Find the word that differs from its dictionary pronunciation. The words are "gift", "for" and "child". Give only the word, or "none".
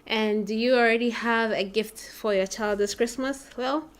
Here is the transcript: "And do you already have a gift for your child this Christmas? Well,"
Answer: none